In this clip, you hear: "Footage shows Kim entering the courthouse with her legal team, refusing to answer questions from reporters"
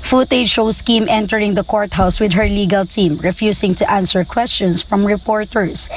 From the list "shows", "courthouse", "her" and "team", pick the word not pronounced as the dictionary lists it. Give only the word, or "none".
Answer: shows